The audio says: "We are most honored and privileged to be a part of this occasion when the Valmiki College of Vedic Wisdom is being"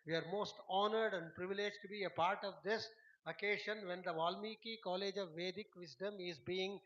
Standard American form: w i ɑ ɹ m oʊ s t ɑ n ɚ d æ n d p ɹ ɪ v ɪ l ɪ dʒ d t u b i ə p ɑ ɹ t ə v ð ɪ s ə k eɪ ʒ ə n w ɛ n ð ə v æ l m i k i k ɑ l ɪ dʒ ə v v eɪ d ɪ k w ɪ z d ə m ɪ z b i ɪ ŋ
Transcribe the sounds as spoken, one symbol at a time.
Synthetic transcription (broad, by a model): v i ɑ ɹ m oʊ s t ɑ n ɚ d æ n d p ɹ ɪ v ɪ l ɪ dʒ t u b i ə p ɑ ɹ t ə v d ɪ s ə k eɪ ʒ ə n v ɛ n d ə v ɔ l m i k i k ɑ l ɪ dʒ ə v v eɪ d ɪ k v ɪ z d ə m ɪ z b i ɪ ŋ